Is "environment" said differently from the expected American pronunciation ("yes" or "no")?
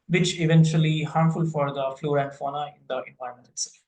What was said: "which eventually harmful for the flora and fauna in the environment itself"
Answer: yes